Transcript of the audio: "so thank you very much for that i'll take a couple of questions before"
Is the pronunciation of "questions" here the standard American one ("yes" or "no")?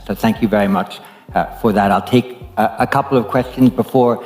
yes